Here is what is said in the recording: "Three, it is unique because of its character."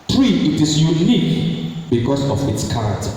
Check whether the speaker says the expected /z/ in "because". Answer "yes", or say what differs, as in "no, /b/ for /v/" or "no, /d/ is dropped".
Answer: no, /s/ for /z/